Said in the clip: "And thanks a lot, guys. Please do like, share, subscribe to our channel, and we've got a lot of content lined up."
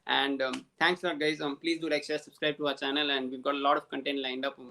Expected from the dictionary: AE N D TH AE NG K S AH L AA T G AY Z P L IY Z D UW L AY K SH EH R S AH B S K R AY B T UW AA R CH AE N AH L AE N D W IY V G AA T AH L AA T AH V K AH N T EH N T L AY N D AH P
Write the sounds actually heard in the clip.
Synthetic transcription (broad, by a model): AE N D T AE NG K S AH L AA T G AY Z P L IY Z D UW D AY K S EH S AH B S K R AY B T UW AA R CH AE N AH L AE N D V IY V G AA T AH L AA T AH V K AH N T EH N T L AY N D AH P